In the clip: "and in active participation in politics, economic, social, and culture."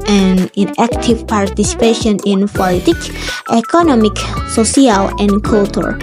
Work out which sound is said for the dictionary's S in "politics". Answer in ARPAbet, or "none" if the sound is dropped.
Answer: none